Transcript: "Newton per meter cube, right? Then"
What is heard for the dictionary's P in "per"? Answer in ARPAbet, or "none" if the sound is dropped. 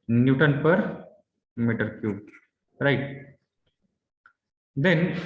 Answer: P